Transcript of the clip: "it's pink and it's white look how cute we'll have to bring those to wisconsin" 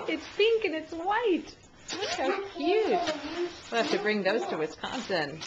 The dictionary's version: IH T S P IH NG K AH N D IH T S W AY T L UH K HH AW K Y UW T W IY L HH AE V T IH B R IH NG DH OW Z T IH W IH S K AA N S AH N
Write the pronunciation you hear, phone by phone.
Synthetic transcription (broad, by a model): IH T S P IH NG K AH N IH T S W AY T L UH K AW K Y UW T W IY L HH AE F T IH B R IH NG DH OW Z T IH W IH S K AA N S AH N